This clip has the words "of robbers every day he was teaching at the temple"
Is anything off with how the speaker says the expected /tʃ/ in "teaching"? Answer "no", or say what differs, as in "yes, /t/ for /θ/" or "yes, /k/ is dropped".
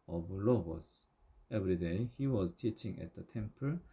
no